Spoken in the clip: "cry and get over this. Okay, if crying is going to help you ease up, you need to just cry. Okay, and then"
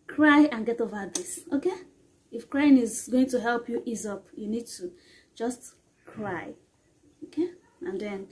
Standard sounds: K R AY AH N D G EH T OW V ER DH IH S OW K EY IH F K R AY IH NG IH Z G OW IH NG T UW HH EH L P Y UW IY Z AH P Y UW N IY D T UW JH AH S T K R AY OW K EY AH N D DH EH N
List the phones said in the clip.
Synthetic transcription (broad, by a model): K R AY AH N G EH T OW V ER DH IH S OW K EY IH F K R AY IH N IH Z G OW IH NG T UW HH EH L P Y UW IY Z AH P Y UW N IY D T UW JH AH S T K R AY OW K EY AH N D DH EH N